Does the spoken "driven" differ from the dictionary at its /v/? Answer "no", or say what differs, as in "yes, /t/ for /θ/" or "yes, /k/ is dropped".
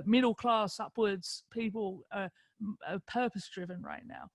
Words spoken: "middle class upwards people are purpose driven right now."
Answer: no